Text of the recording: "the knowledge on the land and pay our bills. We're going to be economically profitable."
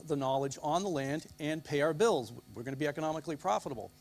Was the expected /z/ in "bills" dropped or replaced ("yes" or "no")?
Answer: no